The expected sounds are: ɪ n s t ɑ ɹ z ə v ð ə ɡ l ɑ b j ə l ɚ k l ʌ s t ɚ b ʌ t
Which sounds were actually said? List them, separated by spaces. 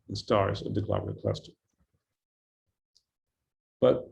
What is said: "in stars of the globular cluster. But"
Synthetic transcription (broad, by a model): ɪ n s t ɑ ɹ z ə v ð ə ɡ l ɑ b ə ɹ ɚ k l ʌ s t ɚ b ʌ t